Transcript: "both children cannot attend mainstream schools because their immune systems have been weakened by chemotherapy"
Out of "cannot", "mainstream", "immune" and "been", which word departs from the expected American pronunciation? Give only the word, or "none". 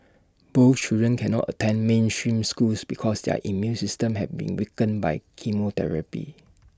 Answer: none